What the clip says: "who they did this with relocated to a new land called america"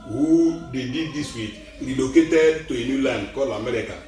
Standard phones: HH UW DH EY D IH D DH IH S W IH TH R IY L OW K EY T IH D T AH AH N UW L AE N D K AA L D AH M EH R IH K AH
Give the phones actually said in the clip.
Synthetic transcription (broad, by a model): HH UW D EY D IH D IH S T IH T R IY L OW K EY T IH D T AH AH N UW L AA N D K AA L AH M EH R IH K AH